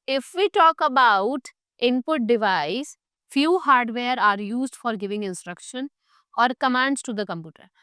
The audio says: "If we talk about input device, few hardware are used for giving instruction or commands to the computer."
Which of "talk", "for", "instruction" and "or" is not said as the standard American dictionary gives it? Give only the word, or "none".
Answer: none